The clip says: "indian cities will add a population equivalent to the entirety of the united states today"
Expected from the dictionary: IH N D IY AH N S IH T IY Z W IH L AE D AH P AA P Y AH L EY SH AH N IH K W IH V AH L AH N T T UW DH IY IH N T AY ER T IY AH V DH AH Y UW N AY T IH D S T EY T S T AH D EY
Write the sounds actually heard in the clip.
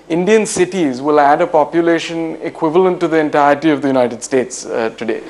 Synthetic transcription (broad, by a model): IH N D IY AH N S IH T IY Z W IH L AE D AH P AA P Y AH L EY SH AH N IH K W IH V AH L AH N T T UW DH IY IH N T AY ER T IY AH V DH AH Y UW N AY T IH D S T EY T S T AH D EY